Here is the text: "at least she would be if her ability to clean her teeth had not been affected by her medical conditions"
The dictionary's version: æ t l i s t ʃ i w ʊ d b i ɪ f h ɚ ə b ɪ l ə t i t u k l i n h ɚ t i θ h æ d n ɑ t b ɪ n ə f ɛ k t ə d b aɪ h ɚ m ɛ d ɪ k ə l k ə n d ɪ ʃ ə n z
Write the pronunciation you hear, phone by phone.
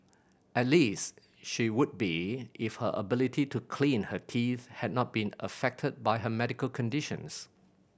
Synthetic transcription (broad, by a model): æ t l i s t ʃ i w ʊ d b i ɪ f h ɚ ə b ɪ l ə t i t u k l i n h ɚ t i θ h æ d n ɑ t b ɪ n ə f ɛ k t ə d b aɪ h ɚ m ɛ d ɪ k ə l k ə n d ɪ ʃ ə n s